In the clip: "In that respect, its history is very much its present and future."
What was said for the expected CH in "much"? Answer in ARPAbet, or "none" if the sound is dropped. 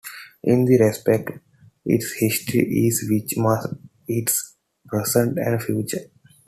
S